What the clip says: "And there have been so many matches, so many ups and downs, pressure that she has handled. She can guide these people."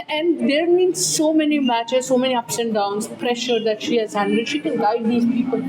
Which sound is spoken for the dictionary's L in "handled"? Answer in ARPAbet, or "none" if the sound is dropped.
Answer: none